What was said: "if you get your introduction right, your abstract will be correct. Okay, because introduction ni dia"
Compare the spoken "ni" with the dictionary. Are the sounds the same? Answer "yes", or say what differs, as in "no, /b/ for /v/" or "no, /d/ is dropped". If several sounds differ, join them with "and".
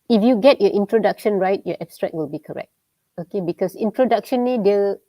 no, /l/ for /n/